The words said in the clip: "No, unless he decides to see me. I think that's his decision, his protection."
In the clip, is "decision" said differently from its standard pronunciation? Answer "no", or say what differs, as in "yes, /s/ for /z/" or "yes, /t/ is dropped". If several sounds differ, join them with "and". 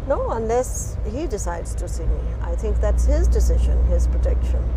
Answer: no